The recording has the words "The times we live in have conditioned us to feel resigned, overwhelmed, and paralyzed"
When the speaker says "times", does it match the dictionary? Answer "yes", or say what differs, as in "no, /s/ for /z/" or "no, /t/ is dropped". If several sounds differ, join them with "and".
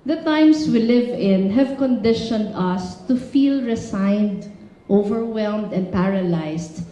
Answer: no, /s/ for /z/